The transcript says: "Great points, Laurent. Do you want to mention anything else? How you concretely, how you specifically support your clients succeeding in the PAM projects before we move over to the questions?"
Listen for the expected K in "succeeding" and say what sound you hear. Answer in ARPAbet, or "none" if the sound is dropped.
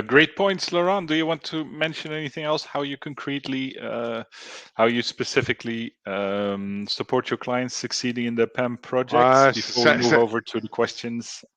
K